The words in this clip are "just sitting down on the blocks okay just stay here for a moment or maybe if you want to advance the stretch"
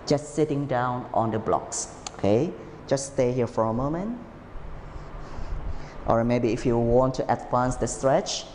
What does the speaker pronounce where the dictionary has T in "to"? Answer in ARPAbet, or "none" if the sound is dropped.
T